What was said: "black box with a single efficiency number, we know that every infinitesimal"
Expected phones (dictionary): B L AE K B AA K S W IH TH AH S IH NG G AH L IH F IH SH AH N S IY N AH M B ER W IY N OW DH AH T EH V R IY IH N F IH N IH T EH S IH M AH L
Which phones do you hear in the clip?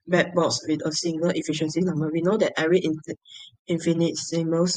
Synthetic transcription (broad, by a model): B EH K B AA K S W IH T AH S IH NG G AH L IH F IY SH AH N S IY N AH M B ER W IY N OW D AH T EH R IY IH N F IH N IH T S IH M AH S